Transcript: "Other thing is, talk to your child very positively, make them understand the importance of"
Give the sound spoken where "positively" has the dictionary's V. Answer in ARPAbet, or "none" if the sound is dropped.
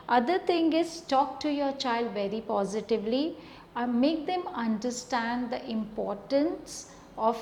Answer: V